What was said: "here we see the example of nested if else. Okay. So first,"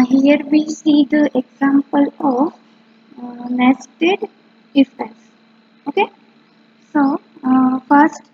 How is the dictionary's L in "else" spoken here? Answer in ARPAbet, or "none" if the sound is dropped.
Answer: none